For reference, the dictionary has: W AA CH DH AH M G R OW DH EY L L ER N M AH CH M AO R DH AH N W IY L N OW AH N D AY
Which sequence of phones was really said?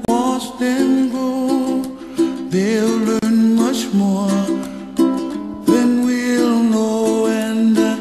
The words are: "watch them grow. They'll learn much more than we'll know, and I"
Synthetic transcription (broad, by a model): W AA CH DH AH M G OW DH EY L L ER N M AH CH M AO R DH AH N W IY L N OW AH N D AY